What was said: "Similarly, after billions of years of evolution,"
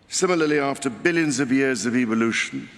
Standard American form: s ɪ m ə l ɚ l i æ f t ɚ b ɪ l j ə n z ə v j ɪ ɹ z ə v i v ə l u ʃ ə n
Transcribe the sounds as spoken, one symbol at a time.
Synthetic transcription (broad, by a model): s ɪ m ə l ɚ l i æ f t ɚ b ɪ l j ə n z ə v j ɪ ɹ z ə v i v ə l u ʃ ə n